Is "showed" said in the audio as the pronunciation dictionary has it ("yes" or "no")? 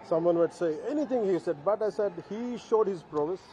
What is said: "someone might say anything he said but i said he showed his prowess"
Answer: yes